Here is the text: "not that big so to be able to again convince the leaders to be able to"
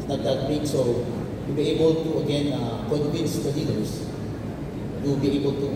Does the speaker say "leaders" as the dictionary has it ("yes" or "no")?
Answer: no